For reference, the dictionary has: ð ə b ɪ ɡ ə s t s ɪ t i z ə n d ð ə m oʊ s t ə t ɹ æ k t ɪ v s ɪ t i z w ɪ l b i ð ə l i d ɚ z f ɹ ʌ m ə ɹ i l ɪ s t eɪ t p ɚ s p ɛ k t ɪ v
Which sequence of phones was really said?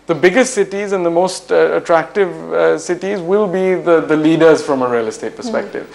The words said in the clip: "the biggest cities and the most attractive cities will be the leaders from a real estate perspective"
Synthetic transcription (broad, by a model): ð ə b ɪ ɡ ə s t s ɪ t i z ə n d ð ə m oʊ s t ə t ɹ æ k t ɪ v s ɪ t i z w ɪ l b i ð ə l i d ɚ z f ɹ ʌ m ə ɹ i l ɪ s t eɪ t p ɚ s p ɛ k t ɪ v